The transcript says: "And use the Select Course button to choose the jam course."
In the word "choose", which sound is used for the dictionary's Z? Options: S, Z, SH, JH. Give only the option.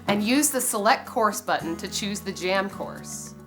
Z